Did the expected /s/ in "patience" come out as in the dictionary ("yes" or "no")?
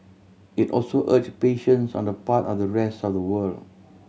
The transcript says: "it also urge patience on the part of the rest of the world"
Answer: yes